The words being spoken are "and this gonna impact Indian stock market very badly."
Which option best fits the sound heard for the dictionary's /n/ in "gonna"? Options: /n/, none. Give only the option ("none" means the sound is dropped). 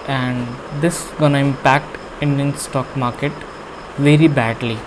/n/